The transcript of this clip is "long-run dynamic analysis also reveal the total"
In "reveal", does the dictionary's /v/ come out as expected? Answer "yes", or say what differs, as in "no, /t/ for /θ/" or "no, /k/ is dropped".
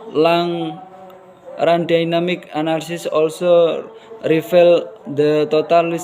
no, /f/ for /v/